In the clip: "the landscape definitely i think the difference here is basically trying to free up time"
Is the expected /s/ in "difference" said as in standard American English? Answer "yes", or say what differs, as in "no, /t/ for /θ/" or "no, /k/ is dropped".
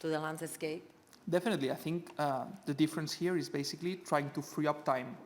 yes